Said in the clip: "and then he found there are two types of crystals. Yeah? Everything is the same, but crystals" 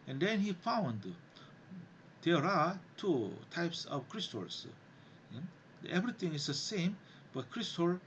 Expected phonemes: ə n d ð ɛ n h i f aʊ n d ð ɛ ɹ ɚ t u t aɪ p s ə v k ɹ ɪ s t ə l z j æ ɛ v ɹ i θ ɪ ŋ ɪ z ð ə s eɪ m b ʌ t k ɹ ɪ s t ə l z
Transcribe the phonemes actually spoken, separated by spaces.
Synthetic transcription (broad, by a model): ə n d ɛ n h i f aʊ n d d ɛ ɹ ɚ t u t aɪ p s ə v k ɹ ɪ s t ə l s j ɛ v ɹ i t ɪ ŋ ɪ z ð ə s eɪ m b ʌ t k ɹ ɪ s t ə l